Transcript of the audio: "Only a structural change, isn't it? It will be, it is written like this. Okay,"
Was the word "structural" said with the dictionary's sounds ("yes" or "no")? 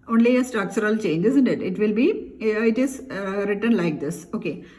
no